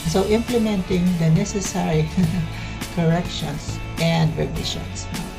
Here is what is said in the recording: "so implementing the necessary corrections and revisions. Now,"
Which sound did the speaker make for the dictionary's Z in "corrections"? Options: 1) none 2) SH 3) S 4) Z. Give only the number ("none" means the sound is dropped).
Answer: 3